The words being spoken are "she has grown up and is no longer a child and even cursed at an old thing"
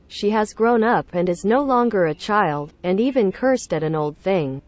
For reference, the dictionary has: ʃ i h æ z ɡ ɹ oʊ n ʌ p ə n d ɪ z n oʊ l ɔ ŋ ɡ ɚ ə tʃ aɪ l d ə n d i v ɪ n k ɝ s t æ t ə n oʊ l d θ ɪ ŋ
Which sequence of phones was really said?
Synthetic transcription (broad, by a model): ʃ i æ z ɡ ɹ oʊ n ʌ p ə n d ɪ z n oʊ l ɔ ŋ ɡ ɚ ə tʃ aɪ l d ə n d i v ɪ n k ɝ s t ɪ t ə n oʊ l d θ ɪ ŋ